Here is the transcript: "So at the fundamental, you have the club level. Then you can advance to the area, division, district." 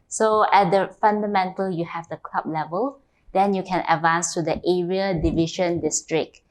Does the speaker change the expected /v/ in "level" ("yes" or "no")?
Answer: no